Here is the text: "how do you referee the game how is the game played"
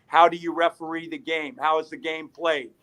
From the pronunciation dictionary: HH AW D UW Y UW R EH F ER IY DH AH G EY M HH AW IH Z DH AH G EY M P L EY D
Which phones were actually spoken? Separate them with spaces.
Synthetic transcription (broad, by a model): HH AW D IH Y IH R EH F ER IY DH AH G EY M HH AW IH Z DH AH G EY M P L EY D